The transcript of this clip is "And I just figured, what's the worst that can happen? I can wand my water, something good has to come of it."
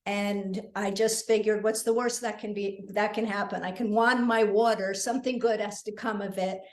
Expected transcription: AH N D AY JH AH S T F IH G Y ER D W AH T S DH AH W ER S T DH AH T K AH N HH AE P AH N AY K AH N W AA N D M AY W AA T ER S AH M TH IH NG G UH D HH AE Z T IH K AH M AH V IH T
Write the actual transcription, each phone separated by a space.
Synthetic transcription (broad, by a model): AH N AY JH AH S T F IH G Y ER D W AH T S DH AH W ER S T DH AH T K AH N HH AE P AH N AY K AH N W AA N M AY W AA T ER S AH M TH IH NG G UH D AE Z T IH K AH M AH V IH T